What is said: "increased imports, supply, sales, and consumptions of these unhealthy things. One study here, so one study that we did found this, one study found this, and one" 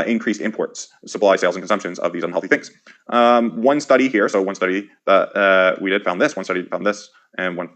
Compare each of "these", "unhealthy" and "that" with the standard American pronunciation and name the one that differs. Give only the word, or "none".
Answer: none